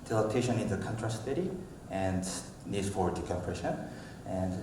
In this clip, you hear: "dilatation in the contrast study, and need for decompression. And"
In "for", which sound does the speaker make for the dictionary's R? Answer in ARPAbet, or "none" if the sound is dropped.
W